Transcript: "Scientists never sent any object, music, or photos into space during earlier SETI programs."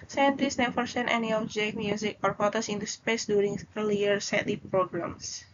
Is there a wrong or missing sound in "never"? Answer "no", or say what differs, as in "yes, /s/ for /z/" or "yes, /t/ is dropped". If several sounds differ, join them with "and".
yes, /f/ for /v/